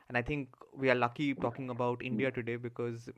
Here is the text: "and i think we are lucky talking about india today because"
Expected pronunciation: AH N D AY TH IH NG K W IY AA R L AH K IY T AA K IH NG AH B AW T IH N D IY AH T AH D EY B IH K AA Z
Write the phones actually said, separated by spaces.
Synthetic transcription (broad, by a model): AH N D AY T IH NG K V IY AA R L AH K IY T AA K IH NG AH B AW T IH N D IY AH T AH D EY B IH K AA Z